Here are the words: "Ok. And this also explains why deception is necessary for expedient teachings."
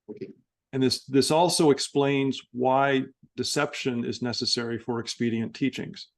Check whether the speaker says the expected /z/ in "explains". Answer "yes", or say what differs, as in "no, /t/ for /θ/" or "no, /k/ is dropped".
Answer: yes